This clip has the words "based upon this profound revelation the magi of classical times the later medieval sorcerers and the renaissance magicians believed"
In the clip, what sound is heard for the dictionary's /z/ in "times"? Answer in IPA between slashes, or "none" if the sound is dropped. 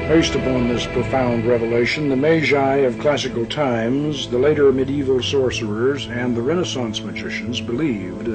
/z/